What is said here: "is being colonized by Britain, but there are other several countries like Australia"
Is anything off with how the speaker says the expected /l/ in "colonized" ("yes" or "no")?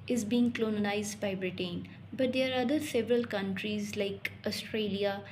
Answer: yes